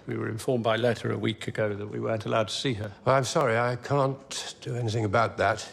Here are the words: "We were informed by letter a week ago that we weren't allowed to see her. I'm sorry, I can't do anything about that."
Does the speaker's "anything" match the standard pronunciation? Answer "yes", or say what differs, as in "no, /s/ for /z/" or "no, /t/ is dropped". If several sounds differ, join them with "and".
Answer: yes